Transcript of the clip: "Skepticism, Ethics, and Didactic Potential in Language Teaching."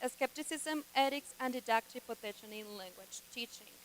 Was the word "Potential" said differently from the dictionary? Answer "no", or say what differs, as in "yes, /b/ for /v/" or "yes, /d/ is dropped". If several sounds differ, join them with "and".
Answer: yes, /n/ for /l/